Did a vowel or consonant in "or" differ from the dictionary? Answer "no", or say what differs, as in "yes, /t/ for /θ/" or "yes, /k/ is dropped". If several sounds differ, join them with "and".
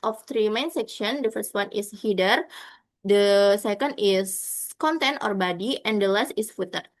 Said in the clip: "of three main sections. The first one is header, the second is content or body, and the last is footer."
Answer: no